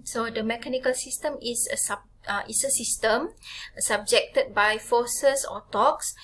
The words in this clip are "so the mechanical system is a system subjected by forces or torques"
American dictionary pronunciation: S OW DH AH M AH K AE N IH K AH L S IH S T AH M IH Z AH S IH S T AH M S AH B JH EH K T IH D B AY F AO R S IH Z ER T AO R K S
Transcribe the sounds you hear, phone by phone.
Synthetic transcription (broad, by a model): S OW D AH M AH K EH N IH K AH L S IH S T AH M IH S AH S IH S T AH M S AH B JH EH K T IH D B AY F AO S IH S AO T AO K S